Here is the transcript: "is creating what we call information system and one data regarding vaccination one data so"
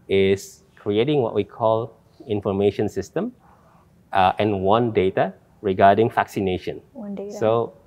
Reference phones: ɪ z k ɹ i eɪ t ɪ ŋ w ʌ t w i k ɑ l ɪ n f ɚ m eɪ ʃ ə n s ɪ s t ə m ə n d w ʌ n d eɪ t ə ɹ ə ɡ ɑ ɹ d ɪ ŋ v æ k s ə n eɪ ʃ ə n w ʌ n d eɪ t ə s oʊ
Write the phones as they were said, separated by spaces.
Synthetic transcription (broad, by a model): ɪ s k ɹ i eɪ t ɪ ŋ w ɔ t w i k ɑ l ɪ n f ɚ m eɪ ʃ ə n s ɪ s t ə m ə n w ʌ n d eɪ t ə ɹ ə ɡ ɑ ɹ d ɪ ŋ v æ k s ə n eɪ ʃ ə n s s oʊ